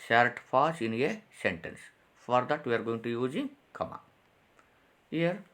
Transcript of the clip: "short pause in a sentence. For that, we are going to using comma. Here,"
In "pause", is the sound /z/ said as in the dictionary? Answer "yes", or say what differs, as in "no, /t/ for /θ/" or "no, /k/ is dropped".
no, /s/ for /z/